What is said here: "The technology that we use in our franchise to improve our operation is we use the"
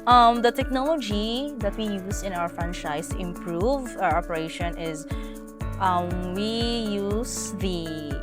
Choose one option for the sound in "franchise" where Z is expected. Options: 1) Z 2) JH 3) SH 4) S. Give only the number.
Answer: 4